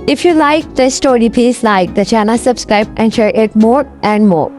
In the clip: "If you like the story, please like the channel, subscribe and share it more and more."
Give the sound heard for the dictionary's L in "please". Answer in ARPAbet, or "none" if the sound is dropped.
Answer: none